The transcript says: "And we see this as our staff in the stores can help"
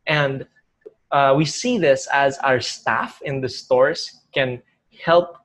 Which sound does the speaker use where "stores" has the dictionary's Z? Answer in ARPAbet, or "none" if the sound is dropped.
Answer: S